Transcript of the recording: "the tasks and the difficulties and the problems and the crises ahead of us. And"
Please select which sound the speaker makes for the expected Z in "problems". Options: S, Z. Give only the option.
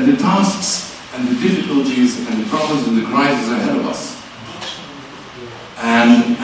Z